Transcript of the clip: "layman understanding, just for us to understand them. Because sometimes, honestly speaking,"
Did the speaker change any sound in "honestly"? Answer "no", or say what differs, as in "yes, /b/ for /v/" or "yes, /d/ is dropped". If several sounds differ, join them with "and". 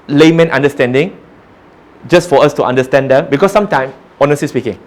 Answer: yes, /l/ is dropped